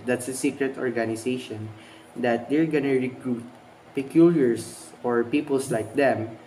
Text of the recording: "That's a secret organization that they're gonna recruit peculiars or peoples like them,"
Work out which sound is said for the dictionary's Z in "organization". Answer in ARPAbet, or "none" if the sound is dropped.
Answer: S